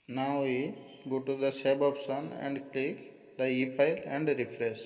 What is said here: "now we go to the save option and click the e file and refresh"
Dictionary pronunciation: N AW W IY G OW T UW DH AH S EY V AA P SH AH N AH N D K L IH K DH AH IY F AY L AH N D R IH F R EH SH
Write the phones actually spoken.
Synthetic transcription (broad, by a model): N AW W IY G OW T UW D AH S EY B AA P S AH N AH N D K L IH K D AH IY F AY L AH N D R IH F R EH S